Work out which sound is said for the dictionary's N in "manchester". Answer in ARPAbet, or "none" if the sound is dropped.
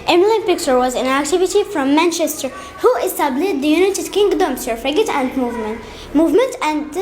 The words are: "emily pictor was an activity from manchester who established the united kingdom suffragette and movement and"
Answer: N